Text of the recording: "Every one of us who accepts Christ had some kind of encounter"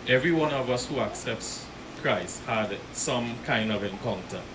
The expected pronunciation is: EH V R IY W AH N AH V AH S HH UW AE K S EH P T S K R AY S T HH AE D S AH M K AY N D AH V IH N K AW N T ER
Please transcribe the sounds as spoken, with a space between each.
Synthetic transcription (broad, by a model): EH V R IY W AH N AH V AH S HH UW AE K S EH P T S K R AY S T HH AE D S AH M K AY N D AH V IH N K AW N T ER